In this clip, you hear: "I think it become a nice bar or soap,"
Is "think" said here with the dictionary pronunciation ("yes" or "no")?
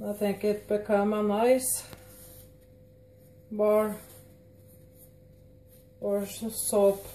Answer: yes